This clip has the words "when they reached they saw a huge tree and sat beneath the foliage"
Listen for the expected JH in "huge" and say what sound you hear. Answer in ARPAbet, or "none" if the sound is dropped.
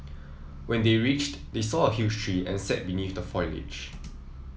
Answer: SH